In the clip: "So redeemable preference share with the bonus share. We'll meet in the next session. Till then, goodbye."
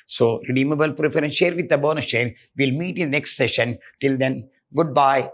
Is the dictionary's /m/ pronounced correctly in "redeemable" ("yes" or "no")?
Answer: yes